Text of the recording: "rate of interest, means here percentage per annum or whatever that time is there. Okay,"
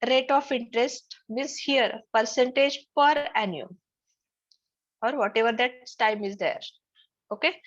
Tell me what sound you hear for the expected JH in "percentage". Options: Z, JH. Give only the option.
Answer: JH